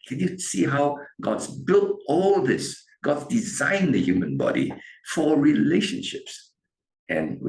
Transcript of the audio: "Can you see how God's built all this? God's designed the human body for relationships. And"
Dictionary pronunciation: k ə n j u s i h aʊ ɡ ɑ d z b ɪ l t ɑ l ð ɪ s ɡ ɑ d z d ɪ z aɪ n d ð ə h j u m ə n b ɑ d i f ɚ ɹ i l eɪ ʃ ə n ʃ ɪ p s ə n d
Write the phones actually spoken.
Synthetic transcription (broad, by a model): k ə n j u s i h aʊ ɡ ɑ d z b ɪ l t ɑ l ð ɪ s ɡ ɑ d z d ɪ z aɪ n d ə h j u m ə n b ɑ d i f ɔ ɹ i l eɪ ʃ ə n ʃ ɪ p s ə n